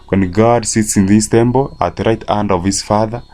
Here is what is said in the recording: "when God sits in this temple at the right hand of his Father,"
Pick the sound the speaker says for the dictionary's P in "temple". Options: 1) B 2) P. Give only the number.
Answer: 1